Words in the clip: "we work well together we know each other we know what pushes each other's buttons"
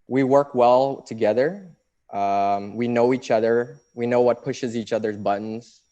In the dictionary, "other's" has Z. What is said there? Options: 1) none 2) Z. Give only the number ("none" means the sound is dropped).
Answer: 2